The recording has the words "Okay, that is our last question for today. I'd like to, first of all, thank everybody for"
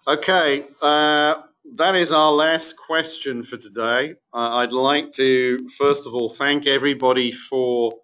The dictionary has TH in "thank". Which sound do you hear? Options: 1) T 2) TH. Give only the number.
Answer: 2